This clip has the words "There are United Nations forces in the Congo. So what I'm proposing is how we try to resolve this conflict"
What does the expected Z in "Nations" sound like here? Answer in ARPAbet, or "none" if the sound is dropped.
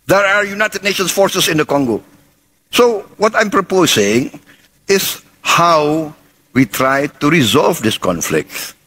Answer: S